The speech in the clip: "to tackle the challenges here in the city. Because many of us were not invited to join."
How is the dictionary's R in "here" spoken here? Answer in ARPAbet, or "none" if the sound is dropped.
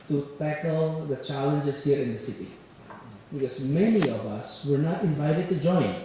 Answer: R